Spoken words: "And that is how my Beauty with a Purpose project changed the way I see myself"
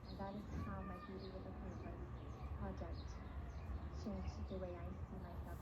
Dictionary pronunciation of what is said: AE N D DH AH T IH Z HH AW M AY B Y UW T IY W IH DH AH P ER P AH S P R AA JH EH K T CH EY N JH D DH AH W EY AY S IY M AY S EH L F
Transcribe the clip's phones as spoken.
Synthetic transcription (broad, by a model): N DH AH T IH Z HH AW M AY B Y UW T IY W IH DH AH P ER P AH P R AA JH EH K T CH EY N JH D DH AH W EY AY S IY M AY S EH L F